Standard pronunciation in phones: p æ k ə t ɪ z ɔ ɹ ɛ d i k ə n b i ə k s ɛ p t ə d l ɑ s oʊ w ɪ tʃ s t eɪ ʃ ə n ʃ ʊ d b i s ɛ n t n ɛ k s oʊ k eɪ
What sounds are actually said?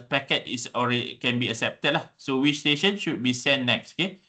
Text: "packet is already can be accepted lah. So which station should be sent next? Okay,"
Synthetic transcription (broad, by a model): p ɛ k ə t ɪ s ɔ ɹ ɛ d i k ə n b i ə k s ɛ p t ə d l ɑ s oʊ w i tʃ s t eɪ ʃ ə n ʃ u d b i s ɛ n n ɛ k s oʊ k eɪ